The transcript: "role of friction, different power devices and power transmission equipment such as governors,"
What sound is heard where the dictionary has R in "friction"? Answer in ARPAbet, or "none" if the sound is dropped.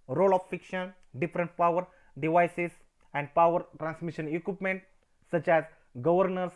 none